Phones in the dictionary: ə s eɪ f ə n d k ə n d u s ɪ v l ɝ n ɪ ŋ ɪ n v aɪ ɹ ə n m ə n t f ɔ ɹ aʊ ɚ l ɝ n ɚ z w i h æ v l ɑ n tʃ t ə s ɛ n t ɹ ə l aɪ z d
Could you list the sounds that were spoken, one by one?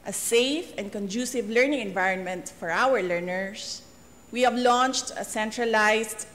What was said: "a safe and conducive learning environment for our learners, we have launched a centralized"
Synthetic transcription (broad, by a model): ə s eɪ f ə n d k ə n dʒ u s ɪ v l ɝ n ɪ ŋ ɪ n v aɪ ɹ ə n m ə n t f ɔ ɹ aʊ ɚ l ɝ n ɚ s w i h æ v l ɑ n tʃ t ə s ɛ n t ɹ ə l aɪ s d